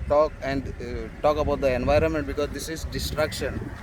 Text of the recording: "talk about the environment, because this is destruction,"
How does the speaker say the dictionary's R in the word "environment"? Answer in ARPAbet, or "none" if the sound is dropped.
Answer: R